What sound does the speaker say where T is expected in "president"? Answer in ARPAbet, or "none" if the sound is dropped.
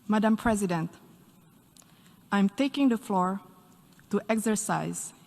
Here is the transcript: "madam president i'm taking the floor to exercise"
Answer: T